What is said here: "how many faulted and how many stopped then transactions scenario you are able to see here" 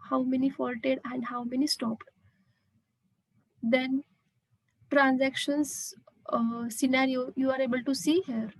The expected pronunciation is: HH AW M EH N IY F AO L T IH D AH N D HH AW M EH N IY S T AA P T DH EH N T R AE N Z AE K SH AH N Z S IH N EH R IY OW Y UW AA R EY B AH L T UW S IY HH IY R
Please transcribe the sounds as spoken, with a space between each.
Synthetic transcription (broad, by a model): HH AW M EH N IY F AO L T IH D AH N D HH AW M EH N IY S T AA P T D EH N T R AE N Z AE K SH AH N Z S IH N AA R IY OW Y UW AA R EY B AH L T UW S IY HH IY R